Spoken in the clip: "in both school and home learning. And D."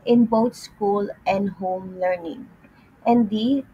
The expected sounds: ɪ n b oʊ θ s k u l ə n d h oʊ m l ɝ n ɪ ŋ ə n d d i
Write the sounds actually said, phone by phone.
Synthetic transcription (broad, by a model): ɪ n b oʊ t s k u l ə n d h oʊ m l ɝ n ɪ ŋ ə n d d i